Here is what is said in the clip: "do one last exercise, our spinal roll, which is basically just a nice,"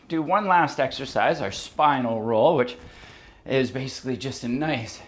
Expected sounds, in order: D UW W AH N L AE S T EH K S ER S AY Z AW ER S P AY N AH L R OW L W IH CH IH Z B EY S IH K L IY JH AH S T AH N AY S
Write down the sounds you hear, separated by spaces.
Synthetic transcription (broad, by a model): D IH W AH N L AE S T EH K S ER S AY Z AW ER S P AY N L R OW L W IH CH IH Z B EY S IH K L IY JH AH S T AH N AY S